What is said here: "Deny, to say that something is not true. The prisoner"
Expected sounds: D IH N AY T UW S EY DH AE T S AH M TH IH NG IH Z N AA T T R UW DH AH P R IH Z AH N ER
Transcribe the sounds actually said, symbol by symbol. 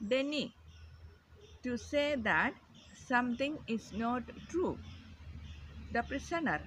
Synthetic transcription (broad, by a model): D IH N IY T UW S EY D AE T S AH M T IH NG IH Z N AA T T R UW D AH P R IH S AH N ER